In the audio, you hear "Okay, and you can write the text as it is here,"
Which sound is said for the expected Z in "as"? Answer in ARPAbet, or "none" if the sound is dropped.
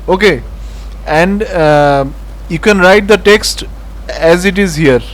Z